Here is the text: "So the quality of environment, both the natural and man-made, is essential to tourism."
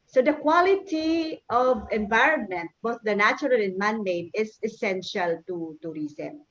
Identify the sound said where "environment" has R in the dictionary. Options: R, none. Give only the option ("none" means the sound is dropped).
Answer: R